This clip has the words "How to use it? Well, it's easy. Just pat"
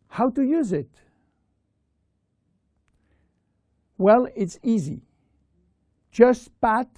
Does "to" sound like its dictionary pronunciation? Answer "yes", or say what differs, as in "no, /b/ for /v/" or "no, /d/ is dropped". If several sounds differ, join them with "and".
yes